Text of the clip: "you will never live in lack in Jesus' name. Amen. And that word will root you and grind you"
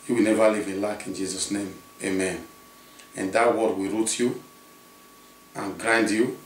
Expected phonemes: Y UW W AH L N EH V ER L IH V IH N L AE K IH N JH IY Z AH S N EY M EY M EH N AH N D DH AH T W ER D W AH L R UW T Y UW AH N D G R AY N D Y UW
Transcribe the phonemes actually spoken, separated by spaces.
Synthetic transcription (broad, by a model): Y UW W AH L N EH V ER L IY V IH L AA K IH N JH IY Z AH S N EY M EY M EH N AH N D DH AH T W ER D W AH R UW T Y UW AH N G R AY N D Y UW